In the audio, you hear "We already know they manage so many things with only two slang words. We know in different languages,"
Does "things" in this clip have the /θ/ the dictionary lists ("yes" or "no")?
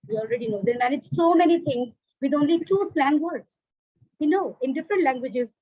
no